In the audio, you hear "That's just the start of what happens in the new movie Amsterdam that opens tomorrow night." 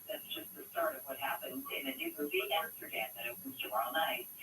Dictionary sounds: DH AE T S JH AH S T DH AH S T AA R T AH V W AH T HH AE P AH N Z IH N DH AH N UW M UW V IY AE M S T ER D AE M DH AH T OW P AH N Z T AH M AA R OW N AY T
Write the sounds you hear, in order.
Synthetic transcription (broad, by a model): DH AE T S JH AH S T DH AH S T AA R T AH V W AH T HH AE P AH N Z IH N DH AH N UW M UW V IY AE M S T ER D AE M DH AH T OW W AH Z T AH AA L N AY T